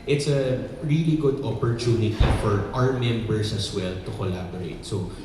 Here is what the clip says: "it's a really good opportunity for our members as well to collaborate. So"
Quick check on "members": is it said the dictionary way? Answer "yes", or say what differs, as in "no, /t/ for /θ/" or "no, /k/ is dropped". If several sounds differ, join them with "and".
no, /s/ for /z/